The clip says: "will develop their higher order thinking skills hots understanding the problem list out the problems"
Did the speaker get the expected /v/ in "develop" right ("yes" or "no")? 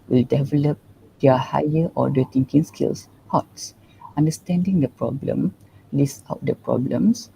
yes